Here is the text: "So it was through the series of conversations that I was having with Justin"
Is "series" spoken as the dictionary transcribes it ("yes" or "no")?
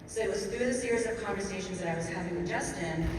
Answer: yes